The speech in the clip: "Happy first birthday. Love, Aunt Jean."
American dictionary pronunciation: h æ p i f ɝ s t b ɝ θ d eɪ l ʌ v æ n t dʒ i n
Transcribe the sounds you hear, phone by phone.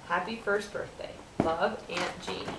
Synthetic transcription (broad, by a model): h æ p i f ɝ s t b ɝ θ d eɪ l ʌ v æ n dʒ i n